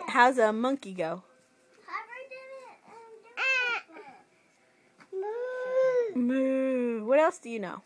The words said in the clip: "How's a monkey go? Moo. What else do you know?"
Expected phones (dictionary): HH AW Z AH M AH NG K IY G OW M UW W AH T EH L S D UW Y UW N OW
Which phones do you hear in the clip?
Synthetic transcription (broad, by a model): HH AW Z AH M AH NG K IY G OW M UW W AH T EH L S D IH Y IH N OW